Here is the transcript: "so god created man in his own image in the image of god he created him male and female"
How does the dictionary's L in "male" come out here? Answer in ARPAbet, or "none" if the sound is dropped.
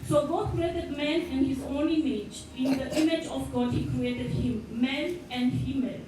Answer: N